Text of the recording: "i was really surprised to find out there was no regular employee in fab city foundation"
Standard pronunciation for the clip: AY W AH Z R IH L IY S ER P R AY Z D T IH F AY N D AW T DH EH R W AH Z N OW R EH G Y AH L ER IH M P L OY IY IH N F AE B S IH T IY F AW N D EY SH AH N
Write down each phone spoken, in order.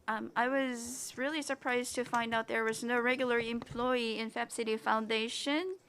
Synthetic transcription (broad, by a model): AY W AH Z R IH L IY S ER P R AY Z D T IH F AY N D AW T DH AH R W AH Z N OW R EH G Y L ER IH M P L OY IY IH N F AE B S IH T IY F AW N D EY SH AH N